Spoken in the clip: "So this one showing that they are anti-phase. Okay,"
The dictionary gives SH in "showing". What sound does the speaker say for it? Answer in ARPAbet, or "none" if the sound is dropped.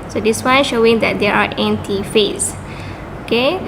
SH